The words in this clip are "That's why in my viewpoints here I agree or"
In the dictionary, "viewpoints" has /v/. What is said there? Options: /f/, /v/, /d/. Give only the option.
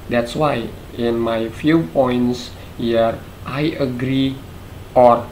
/f/